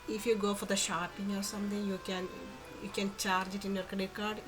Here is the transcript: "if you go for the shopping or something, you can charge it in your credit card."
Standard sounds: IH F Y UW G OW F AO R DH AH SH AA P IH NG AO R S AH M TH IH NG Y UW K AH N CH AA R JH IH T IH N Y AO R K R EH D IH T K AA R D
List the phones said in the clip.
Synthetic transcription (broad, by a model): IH F Y UW G OW F AO R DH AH SH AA P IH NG AO R S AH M T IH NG Y UW K AH N CH AA R JH IH T IH N Y AO R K AH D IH K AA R D